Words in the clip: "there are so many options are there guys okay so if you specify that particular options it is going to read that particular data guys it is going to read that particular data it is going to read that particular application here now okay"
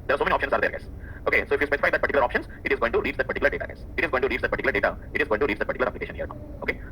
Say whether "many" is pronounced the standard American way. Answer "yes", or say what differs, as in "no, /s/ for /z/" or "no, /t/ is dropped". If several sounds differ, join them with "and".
no, /n/ is dropped